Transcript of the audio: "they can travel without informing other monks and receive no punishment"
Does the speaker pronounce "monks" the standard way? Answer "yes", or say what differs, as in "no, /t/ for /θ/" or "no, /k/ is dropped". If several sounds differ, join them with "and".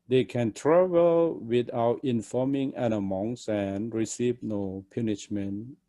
no, /k/ is dropped